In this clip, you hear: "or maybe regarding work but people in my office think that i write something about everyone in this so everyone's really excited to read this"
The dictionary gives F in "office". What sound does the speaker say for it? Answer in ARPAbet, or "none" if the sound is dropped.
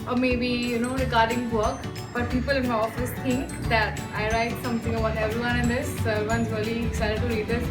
F